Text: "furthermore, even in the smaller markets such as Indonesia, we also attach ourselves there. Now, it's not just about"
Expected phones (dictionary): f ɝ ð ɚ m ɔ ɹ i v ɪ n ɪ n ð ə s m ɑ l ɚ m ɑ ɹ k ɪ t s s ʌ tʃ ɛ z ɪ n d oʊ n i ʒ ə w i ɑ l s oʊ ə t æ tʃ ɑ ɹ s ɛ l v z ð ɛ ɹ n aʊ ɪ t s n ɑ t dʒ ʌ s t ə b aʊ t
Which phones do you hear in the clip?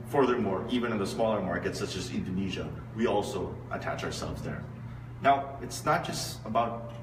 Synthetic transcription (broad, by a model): f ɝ ð ɚ m ɔ ɹ i v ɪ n ɪ n ð ə s m ɑ l ɚ m ɑ ɹ k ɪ t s s ʌ tʃ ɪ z ɪ n d oʊ n i ʒ ə w i ɑ l s oʊ ə t æ tʃ ɑ ɹ s ɛ l v z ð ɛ ɹ n aʊ ɪ t s n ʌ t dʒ ʌ s t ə b aʊ t